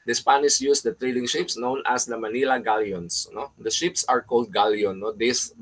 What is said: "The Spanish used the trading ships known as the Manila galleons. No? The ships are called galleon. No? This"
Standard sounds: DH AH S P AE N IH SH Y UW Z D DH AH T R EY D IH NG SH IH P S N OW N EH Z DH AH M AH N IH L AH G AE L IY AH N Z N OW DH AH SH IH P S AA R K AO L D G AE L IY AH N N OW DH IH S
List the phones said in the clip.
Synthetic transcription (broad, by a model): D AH S P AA N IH S Y UW S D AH T R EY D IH NG SH IH P S N OW N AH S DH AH M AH N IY L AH G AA L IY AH N S N OW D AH SH IH P S AA R K AO L D G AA L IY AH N N OW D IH S